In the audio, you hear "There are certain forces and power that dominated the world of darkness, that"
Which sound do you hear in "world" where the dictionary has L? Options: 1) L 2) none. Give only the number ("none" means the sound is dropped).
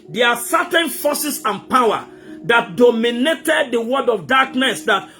2